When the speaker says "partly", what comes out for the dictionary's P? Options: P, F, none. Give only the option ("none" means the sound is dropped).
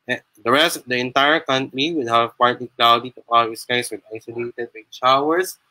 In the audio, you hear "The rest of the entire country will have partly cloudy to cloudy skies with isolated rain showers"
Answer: P